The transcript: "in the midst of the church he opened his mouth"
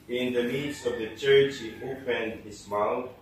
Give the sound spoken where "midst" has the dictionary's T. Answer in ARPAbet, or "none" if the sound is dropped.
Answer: none